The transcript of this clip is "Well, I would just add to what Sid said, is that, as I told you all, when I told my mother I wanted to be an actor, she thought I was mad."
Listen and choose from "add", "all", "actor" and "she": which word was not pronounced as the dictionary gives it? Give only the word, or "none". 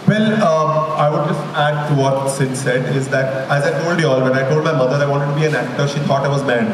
none